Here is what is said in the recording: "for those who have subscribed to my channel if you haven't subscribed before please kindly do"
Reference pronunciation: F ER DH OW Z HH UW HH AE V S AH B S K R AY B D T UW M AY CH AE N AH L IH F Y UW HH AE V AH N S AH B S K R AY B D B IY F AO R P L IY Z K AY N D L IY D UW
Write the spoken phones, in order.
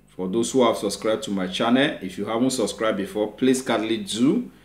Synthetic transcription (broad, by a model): F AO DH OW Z HH UW HH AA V S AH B S K R AY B T UW M AY CH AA N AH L IH F Y UW HH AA V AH N S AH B S K R AY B B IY F AO P L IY S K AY D L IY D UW